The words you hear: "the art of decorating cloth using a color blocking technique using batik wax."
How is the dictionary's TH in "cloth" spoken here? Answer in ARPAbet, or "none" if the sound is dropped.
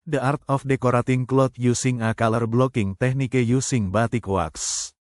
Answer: T